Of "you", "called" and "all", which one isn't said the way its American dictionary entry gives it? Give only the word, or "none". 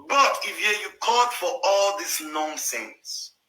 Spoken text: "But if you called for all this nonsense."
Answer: called